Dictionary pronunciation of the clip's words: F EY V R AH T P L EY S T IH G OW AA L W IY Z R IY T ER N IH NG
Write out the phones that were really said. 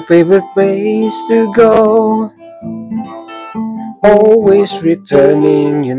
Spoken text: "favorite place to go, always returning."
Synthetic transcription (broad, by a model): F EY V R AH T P EY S T IH G OW AA L W IY Z R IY T ER N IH NG